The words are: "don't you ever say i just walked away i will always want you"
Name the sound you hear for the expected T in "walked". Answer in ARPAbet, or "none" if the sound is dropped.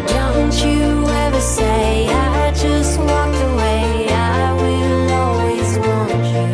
none